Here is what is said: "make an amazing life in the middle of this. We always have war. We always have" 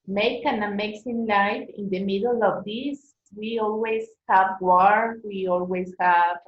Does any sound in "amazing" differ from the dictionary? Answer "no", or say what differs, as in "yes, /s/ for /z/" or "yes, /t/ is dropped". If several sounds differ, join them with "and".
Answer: yes, /s/ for /z/